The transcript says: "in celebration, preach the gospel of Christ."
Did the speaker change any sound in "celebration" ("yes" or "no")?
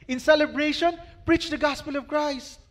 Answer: no